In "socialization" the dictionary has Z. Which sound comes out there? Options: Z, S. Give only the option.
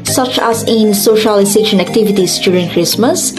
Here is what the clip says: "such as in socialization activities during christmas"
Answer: S